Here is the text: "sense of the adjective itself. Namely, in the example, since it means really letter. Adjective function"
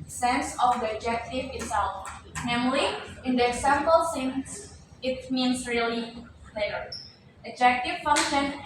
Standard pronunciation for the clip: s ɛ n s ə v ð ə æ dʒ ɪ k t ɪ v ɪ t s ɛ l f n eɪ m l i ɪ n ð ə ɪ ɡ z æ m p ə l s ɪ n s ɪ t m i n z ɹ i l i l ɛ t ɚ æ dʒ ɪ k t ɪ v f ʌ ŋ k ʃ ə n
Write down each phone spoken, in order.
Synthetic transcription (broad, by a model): s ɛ n s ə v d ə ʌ dʒ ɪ k t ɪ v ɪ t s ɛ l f n eɪ m l i ɪ n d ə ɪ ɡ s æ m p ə l s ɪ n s ɪ t m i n s ɹ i i l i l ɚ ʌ dʒ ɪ k t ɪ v f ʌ ŋ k ʃ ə n